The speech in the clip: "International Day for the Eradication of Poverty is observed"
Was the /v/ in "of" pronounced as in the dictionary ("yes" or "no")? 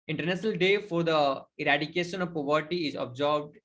yes